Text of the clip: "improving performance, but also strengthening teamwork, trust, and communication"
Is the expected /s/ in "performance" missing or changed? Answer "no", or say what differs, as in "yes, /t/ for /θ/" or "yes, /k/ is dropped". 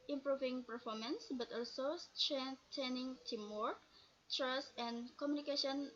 no